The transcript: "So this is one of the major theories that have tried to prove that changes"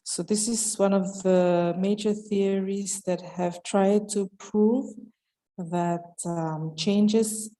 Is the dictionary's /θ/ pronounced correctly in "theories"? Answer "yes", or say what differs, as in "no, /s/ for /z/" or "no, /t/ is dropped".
yes